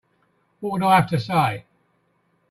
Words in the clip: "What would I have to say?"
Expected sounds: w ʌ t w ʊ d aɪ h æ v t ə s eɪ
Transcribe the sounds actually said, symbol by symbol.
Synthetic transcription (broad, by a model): w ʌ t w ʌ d aɪ h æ f t ə s eɪ